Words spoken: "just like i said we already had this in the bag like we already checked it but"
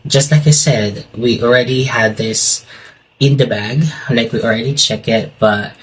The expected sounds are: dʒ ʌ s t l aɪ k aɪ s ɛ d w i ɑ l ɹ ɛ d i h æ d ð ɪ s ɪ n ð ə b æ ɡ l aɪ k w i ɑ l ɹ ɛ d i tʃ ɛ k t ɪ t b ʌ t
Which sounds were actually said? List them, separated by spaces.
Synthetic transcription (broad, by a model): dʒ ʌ s t l aɪ k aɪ s ɛ d w i ɑ l ɹ ɛ d i h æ d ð ɪ s ɪ n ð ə b æ ɡ l aɪ k w i ɑ l ɹ ɛ d i tʃ ɛ k ɪ t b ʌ t